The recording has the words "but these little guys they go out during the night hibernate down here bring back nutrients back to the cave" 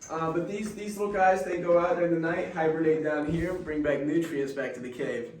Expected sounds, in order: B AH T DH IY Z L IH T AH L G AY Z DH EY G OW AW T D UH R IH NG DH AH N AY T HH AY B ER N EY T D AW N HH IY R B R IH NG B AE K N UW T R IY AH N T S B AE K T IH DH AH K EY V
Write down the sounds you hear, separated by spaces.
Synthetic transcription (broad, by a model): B AH T DH IY Z L IH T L G AY Z DH EY G OW AW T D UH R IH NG DH AH N AY T HH AY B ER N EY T D AW N HH IY R B R IH NG B AE K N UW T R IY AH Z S B AE K T IH DH AH K EY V